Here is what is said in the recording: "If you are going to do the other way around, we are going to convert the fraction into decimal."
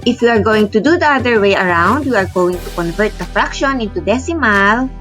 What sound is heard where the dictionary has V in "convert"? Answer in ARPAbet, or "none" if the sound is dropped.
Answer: V